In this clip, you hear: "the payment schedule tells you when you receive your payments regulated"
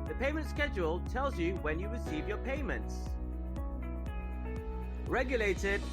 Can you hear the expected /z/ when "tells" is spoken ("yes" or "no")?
yes